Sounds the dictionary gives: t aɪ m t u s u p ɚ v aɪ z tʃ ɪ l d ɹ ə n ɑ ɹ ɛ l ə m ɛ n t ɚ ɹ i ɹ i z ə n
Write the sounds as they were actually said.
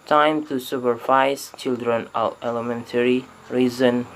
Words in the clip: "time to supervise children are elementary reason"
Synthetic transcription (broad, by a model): t aɪ m t u s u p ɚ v aɪ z tʃ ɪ l d ɹ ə n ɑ l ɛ l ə m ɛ n t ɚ ɹ i ɹ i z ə n